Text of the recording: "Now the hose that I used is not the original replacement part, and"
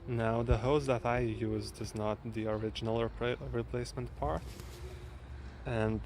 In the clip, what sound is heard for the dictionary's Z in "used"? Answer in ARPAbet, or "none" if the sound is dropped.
Z